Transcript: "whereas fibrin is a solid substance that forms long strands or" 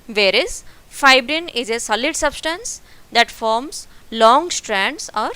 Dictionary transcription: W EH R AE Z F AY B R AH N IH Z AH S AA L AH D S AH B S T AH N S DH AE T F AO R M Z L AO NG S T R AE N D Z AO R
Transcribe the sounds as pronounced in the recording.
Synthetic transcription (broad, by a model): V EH R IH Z F AY B R AH N IH Z AH S AA L AH D S AH B S T AH N S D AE T F AO R M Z L AO NG S T R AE N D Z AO R